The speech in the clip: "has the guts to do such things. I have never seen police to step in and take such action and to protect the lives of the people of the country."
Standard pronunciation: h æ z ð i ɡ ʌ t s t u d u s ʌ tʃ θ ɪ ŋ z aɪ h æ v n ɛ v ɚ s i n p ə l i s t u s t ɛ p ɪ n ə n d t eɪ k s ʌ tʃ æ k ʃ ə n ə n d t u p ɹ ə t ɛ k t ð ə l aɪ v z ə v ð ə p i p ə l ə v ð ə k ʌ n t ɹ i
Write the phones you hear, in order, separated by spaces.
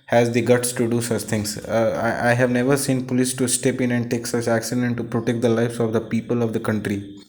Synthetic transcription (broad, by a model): h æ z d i ɡ ʌ t s t u d u s ʌ tʃ t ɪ ŋ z aɪ h æ v n ɛ v ɚ s i n p ə l i s t u s t ɛ p ɪ n ə n d t eɪ k s ʌ tʃ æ k s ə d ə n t t u p ɹ ə t ɛ k t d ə l aɪ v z ə v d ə p i p ə l ə v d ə k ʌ n t ɹ i